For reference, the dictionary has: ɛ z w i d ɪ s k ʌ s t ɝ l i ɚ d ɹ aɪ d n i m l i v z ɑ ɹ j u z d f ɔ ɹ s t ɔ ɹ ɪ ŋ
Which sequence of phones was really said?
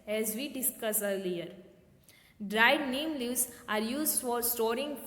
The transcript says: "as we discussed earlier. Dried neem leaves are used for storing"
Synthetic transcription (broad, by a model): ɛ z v i d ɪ s k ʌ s ɝ l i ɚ d ɹ aɪ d n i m l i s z ɑ ɹ j u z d f ɔ ɹ s t ɔ ɹ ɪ ŋ